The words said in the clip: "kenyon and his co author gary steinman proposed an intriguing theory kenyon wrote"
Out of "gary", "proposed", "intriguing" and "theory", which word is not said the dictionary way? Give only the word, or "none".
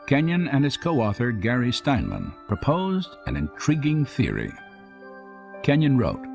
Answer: none